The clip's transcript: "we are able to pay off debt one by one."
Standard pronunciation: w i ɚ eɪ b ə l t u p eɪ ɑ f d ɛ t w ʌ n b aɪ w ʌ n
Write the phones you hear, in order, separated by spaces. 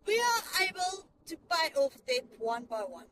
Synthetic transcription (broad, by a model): w i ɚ eɪ b ə l t u b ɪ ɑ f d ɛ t w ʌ n b aɪ w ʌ n